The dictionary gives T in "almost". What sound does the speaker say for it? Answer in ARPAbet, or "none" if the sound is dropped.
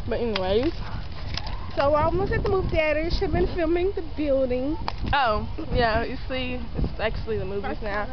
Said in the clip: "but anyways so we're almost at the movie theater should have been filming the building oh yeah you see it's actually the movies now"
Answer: none